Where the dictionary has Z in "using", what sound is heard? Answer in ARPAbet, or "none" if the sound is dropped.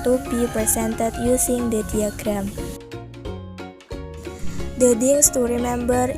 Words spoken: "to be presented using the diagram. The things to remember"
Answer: S